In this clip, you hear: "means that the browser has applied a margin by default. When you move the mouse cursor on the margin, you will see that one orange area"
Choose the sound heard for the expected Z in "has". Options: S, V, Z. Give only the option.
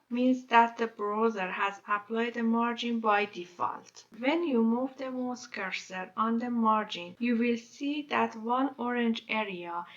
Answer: Z